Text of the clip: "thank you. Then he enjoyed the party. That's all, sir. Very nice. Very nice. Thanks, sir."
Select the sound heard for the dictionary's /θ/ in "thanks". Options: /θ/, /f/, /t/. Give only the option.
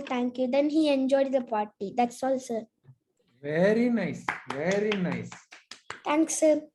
/t/